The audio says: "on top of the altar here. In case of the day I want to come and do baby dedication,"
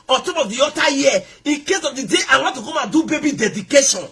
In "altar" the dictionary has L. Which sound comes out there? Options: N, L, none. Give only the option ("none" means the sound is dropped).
none